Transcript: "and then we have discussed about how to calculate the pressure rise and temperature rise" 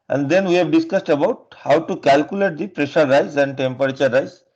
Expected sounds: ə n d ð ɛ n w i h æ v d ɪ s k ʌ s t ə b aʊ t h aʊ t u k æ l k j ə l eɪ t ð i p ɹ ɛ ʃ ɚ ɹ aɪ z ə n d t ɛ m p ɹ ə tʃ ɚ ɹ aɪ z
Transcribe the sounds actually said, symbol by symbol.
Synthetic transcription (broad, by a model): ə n d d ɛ n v i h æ v d ɪ s k ʌ s t ə b aʊ t h aʊ t u k æ l k j ə l eɪ t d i p ɹ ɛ ʃ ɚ ɹ aɪ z ə n d t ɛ m p ɹ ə tʃ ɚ ɹ aɪ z